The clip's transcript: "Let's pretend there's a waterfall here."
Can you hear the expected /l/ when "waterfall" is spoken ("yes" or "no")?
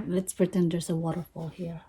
yes